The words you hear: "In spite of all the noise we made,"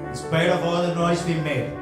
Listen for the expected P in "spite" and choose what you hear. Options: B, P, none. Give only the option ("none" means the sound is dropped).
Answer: B